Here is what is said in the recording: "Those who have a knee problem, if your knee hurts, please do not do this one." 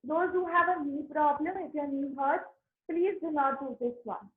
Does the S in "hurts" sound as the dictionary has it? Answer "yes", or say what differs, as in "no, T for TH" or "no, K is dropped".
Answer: no, S is dropped